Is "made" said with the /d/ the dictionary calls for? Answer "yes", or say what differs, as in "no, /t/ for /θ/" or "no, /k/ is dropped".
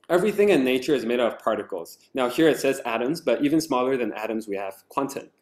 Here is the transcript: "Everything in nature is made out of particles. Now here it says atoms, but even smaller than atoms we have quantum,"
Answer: no, /d/ is dropped